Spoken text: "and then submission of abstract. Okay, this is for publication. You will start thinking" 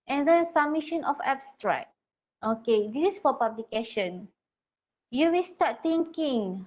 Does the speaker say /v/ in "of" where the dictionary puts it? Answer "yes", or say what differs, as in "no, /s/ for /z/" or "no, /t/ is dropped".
no, /f/ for /v/